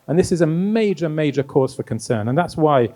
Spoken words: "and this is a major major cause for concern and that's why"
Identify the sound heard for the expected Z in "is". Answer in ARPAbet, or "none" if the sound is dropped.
Z